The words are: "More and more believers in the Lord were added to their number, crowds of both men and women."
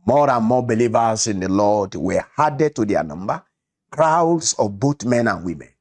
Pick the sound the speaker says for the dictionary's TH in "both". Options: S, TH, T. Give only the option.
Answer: T